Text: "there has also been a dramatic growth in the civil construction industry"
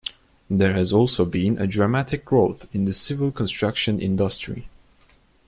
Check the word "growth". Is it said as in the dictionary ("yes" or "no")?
yes